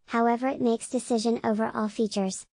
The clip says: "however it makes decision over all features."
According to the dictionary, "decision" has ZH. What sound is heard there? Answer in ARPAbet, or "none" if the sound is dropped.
ZH